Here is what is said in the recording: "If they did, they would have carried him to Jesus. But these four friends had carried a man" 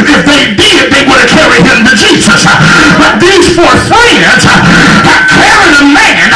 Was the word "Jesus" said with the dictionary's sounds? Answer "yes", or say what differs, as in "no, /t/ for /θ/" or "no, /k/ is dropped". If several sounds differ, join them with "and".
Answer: yes